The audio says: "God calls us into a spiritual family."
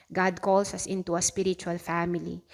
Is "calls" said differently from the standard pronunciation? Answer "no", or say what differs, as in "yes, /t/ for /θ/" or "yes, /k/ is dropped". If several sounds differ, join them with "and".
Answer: yes, /s/ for /z/